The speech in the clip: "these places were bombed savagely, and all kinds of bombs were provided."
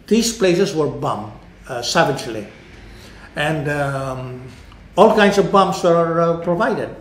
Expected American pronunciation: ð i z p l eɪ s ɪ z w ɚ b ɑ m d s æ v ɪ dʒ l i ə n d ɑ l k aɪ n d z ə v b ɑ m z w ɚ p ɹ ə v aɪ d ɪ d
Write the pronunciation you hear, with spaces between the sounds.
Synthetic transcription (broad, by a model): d i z p l eɪ s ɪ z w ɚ b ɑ m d s æ v ɪ dʒ l i ə n d ɑ l k aɪ n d s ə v b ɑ m s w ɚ p ɹ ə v aɪ d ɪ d